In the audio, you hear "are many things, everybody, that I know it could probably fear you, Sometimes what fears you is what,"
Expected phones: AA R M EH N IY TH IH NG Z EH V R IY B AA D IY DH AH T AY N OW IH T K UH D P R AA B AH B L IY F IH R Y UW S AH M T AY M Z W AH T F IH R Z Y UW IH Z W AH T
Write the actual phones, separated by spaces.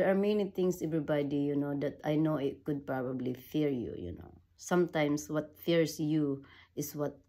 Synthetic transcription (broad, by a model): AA R M EH N IY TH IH NG S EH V R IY B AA D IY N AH T AY N OW IH T K UH D P R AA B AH B L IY F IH R Y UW S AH M T AY M S W AH T F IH R S Y UW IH S W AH T